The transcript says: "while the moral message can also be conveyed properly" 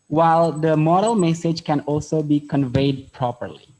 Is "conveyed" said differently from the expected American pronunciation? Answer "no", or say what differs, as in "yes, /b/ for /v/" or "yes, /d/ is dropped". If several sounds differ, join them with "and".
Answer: no